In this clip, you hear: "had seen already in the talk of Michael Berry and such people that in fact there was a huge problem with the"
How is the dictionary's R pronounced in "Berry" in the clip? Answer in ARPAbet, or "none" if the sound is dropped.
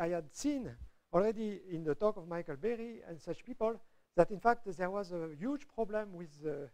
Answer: R